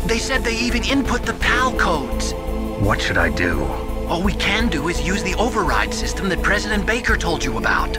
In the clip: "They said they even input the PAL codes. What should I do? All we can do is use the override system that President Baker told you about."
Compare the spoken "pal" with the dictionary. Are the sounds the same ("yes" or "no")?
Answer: yes